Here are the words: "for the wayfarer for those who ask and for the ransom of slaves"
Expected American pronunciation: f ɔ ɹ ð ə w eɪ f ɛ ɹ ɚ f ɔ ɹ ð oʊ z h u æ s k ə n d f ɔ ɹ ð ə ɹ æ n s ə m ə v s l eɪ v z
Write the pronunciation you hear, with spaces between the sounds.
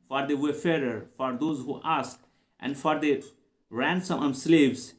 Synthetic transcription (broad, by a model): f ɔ ɹ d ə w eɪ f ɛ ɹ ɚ f ɔ ɹ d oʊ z h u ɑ s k ə n d f ɔ ɹ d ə ɹ æ n s ə m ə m s l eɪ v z